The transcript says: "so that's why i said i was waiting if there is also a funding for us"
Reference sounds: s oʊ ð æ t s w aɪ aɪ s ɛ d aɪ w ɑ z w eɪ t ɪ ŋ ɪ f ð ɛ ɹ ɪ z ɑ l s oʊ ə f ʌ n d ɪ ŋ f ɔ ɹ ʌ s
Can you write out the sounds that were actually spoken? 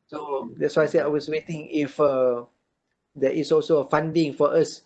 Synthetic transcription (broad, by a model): s oʊ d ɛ t s w aɪ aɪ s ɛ aɪ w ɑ s w eɪ t ɪ ŋ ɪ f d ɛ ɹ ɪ s ɑ l s oʊ ə f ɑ n d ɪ ŋ f ɔ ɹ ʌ s